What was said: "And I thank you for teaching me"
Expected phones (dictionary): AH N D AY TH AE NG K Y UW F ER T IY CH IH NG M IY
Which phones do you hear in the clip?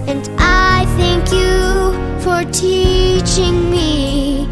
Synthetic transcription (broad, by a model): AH N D AY TH AE NG K Y UW F ER T IY CH IH NG M IY